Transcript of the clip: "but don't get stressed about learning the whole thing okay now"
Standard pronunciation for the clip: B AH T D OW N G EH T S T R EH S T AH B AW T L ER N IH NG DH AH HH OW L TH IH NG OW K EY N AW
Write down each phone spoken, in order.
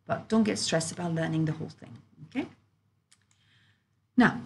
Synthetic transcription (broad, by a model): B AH T D OW N G EH T S T R EH S T AH B AW T L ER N IH NG DH AH HH OW L TH IH NG OW K EY N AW